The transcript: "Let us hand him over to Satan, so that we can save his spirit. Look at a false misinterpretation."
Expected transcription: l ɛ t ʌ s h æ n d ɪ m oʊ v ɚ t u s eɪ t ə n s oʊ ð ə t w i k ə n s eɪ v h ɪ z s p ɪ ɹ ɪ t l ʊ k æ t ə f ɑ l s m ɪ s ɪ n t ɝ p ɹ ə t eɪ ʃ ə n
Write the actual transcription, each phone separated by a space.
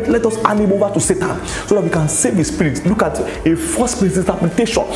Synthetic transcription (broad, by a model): l ɛ t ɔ s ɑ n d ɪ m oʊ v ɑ t u s eɪ t ə n s oʊ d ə t w i k ə n s eɪ v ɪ s p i ɹ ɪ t l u k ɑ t ə f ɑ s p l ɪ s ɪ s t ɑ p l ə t eɪ ʃ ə n